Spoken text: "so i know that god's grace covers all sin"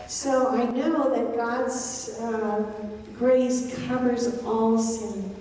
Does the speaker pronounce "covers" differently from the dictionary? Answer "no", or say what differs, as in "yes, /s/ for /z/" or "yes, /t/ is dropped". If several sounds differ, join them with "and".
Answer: no